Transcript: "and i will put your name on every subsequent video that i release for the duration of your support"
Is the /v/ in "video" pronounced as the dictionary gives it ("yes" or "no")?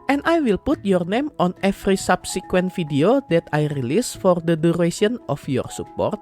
no